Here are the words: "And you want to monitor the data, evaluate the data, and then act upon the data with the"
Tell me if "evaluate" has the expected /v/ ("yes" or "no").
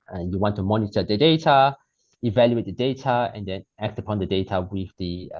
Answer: yes